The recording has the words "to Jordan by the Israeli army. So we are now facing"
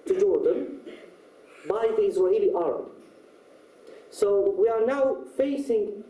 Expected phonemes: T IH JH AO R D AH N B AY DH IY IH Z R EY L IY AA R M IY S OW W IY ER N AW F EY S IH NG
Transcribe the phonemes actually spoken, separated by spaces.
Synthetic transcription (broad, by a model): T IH JH AO R D AH N B AY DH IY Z W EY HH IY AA R IY S OW W IY ER N AW F EY S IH NG